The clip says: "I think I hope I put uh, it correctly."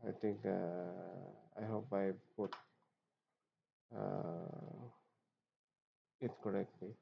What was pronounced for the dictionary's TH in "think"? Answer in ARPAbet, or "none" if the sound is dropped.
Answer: T